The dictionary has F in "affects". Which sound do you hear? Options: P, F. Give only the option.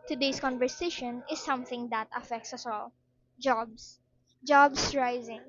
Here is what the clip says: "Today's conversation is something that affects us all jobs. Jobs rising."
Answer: F